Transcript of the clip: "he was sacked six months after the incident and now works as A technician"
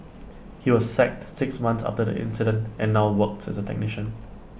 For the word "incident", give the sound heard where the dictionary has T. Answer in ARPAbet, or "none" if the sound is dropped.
T